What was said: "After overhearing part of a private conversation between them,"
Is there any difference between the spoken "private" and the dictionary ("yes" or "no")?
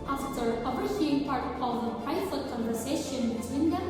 yes